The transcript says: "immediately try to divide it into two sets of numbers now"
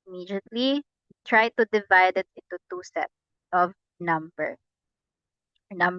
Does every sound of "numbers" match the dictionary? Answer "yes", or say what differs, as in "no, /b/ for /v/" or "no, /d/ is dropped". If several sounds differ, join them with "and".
no, /z/ is dropped